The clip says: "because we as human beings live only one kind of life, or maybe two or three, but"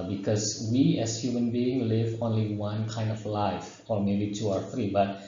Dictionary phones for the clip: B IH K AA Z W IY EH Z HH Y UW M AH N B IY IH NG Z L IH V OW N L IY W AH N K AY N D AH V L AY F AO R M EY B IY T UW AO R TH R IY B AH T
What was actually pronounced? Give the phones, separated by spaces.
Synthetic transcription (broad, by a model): B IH K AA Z W IY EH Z HH Y UW M AH N B IY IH NG L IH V OW N L IY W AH N K AY N D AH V L AY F AO R M EY B IY T UW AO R T R IY B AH T